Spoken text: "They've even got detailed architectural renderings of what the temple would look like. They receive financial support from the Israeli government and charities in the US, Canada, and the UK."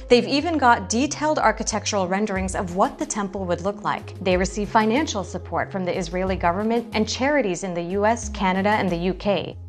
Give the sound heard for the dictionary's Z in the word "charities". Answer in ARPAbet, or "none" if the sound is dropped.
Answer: Z